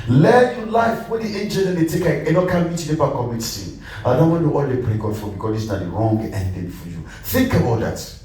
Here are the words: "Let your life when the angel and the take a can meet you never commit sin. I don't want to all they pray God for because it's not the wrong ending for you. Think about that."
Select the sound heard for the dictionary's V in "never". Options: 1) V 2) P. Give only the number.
2